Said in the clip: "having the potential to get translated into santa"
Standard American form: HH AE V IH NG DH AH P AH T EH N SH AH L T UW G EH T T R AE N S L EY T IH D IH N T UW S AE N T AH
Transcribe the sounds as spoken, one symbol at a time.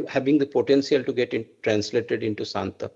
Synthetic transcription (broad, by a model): HH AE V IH NG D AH P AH T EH N S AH L T UW G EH T T R AE N S L EY T IH D IH N T UW S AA N T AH